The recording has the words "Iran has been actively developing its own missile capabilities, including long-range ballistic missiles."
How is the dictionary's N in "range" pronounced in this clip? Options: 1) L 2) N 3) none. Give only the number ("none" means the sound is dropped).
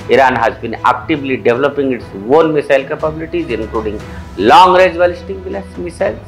3